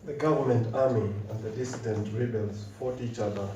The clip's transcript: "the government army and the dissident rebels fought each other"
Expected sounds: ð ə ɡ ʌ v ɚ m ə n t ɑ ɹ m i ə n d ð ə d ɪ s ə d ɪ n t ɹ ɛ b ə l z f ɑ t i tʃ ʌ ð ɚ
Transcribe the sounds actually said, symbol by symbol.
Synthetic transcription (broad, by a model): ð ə ɡ ʌ v ɚ m ə n t ɑ ɹ m i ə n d ð ə d ɪ s ə d ɪ n t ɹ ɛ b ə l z f ɑ t i tʃ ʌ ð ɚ